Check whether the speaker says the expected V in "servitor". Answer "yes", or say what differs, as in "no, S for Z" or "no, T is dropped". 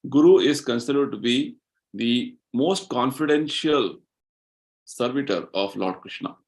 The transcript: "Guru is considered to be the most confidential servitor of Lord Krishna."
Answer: yes